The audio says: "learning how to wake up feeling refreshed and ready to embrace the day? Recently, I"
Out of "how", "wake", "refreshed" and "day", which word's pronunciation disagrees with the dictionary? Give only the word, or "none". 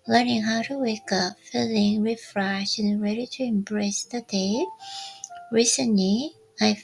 refreshed